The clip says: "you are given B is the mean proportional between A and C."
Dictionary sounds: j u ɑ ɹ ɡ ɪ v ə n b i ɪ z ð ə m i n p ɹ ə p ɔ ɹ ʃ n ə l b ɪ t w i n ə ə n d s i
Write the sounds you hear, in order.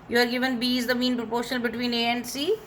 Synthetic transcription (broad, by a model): j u ɑ ɹ ɡ ɪ v ə n b i ɪ z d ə m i n p ɹ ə p ɔ ɹ ʃ ə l b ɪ t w i n ə ə n d s i